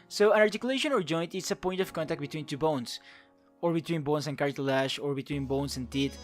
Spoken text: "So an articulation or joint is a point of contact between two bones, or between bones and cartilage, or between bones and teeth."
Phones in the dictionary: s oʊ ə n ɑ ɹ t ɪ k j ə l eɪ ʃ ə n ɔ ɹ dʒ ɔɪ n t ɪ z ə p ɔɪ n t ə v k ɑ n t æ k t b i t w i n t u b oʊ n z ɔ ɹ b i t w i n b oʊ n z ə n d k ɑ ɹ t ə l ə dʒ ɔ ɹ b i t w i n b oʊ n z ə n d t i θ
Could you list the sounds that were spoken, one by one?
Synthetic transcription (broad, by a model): s oʊ ə n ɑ ɹ t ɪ k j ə l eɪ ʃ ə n ɔ ɹ dʒ ɔɪ n t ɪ s ə p ɔɪ n t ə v k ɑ n t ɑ k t b i t w i n t u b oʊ n s ɔ ɹ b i t w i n b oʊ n s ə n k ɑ ɹ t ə l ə ʃ ɔ ɹ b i t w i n b oʊ n s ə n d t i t